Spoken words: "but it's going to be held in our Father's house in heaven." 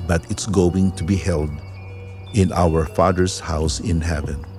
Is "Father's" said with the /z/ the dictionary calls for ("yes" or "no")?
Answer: no